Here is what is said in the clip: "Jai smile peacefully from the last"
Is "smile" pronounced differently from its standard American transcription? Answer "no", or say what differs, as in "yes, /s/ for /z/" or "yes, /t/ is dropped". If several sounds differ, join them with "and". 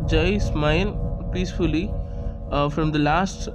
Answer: yes, /n/ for /l/